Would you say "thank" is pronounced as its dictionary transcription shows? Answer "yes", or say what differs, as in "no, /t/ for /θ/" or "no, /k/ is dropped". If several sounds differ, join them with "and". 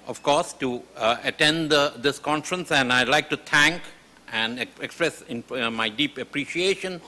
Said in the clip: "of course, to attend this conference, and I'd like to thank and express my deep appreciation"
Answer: no, /t/ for /θ/